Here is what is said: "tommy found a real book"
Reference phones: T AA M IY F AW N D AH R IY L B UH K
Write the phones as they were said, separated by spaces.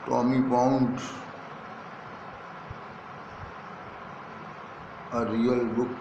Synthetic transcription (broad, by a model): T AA M IY P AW N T AH R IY L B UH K